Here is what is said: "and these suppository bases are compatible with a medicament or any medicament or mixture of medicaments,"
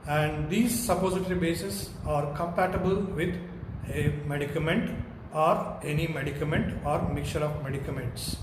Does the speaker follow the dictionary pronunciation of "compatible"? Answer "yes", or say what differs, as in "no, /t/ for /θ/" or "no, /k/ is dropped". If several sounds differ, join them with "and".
yes